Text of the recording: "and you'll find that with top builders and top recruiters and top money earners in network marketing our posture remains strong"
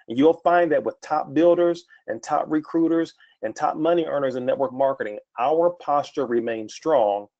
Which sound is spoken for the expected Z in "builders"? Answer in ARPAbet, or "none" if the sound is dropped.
Z